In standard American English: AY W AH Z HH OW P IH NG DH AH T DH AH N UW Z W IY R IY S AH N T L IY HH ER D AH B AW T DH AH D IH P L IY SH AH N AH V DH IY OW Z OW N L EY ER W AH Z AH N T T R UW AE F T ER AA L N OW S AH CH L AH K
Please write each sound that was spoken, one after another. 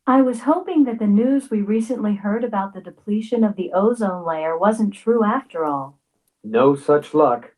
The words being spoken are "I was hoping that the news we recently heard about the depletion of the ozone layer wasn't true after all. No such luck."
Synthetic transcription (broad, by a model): AY W AH Z HH OW P IH NG DH AH T DH AH N UW Z W IY R IY S AH N T L IY HH ER D AH B AW T DH AH D IH P L IY SH AH N AH V DH IY OW Z OW N L EY ER W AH Z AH N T T R UW AE F T ER AA L N OW S AH CH L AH K